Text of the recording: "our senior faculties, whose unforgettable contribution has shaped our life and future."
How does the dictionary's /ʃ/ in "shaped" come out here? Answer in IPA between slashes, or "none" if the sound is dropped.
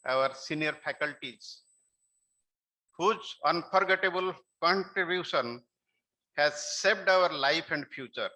/s/